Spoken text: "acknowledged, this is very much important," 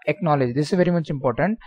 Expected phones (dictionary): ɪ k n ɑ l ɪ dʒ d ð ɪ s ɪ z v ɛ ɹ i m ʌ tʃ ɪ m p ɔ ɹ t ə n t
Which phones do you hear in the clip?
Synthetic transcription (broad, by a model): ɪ k n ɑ l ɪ dʒ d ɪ s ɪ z v ɛ ɹ i m ʌ tʃ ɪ m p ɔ ɹ t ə n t